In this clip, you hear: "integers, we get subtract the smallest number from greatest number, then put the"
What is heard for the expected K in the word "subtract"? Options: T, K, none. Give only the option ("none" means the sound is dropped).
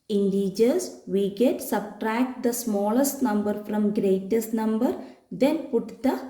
K